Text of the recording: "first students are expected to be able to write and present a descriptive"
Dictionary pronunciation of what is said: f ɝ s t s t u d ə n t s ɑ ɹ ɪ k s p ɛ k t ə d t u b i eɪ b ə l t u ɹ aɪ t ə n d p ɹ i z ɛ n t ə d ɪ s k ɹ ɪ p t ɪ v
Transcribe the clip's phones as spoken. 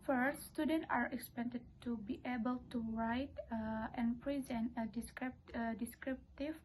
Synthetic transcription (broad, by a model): f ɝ s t s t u d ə n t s ɑ ɹ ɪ k s p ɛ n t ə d t u b i eɪ b ə l t u ɹ aɪ t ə n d p ɹ i z ɛ n t ə d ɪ s k ɹ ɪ p t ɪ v